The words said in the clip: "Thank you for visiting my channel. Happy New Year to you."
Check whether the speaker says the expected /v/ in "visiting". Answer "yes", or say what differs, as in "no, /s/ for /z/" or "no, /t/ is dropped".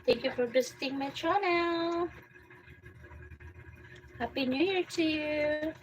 no, /b/ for /v/